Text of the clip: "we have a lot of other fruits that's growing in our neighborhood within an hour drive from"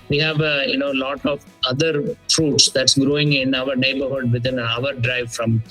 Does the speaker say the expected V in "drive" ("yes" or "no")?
yes